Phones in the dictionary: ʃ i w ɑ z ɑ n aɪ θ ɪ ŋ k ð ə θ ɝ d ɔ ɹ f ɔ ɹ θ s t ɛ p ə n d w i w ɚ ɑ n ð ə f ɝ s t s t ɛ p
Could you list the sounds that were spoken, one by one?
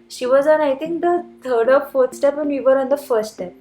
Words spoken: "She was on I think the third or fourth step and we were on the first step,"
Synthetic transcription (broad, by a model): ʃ i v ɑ z ɑ n aɪ t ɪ ŋ k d ə t ɝ d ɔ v f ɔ ɹ t s t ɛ p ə n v i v ɚ ɑ n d ə f ɝ s t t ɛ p